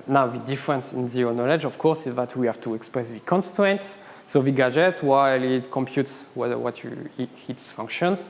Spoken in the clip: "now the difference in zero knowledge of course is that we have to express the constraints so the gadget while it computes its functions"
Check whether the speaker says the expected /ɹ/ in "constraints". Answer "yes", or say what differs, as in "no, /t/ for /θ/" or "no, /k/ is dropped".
no, /ɹ/ is dropped